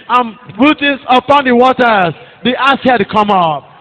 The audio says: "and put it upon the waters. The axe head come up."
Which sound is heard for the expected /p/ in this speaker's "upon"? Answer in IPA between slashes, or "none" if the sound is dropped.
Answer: /p/